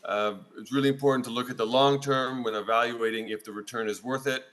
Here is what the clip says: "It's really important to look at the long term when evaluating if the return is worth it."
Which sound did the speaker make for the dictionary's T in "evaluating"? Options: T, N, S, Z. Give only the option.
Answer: T